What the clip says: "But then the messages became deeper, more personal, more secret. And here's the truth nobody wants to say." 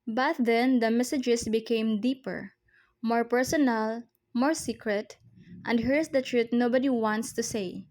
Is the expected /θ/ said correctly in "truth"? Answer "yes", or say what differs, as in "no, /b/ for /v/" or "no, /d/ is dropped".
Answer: no, /t/ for /θ/